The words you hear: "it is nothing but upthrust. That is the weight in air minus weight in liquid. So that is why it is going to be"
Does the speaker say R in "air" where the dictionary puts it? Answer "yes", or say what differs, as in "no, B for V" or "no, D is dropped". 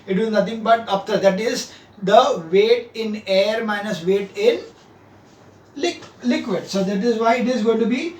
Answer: yes